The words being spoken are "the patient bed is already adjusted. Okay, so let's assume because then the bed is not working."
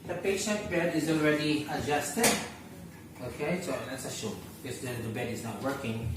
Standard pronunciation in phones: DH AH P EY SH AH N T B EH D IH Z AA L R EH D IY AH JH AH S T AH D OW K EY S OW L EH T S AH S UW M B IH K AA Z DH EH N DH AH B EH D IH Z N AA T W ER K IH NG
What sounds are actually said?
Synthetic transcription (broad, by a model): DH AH P EY SH AH N T B EH D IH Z AA L R EH D IY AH JH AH S T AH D OW K EY S OW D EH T S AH SH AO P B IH K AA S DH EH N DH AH B EH D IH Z N AA T W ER K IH NG